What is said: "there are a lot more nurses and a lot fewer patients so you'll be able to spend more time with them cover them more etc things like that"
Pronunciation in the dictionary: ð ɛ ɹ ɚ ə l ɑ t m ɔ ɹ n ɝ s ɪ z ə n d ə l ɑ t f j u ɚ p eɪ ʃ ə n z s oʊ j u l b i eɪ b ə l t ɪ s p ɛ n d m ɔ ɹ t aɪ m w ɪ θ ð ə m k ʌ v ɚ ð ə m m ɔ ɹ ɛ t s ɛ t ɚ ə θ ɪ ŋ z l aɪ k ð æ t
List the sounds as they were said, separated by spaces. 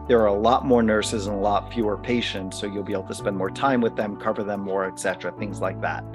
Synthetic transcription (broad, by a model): ð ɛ ɹ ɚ ə l ɑ t m ɔ ɹ n ɝ s ɪ z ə n ə l ɑ t f j u ɚ p eɪ ʃ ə n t s oʊ j u l b i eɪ b l t ɪ s p ɛ n d m ɔ ɹ t aɪ m w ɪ ð ə m k ʌ v ɚ ð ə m m ɔ ɹ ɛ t s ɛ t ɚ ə θ ɪ ŋ z l aɪ k ð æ t